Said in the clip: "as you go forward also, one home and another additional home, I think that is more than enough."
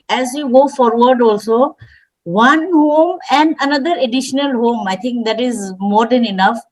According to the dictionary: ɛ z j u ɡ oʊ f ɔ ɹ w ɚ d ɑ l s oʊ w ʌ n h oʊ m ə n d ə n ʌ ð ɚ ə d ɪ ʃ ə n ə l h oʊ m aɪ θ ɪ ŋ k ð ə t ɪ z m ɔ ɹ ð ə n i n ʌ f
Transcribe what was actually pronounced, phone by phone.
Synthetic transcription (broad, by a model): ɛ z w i ɡ oʊ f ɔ ɹ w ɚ d ɑ l s oʊ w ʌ n h oʊ m ə n d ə n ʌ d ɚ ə d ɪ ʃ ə n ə l h oʊ m aɪ t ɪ ŋ k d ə t ɪ z m ɔ ɹ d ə n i n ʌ f